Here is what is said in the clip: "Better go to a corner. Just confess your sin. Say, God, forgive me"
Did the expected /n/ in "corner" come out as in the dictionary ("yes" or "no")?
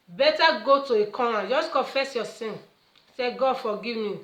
no